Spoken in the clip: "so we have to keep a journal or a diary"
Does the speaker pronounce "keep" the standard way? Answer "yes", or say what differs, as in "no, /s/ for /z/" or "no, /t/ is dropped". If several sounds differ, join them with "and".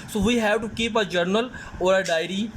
yes